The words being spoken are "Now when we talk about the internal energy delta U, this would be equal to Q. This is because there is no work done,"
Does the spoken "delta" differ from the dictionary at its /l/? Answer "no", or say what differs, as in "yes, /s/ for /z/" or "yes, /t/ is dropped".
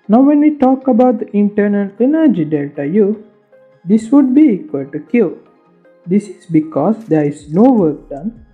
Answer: yes, /l/ is dropped